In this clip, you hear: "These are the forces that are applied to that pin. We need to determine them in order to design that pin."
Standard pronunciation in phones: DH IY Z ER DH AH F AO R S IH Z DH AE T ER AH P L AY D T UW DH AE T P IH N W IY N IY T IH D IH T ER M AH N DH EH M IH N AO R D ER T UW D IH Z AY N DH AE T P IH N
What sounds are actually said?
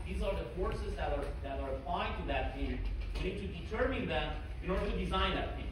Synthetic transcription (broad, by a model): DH IY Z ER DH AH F AO R S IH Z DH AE T ER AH P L AY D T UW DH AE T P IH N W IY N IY T IH D IH T ER M AH N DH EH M IH N AO R D ER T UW D IH Z AY N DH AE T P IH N